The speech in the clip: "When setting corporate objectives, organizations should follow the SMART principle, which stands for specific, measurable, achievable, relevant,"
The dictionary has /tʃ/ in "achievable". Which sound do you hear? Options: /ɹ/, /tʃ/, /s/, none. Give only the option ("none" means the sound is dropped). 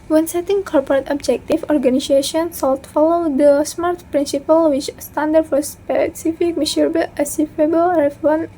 /s/